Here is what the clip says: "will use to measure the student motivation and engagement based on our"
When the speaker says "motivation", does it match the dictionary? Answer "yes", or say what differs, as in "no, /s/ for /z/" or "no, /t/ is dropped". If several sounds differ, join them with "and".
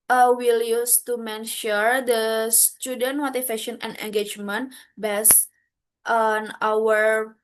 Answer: no, /f/ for /v/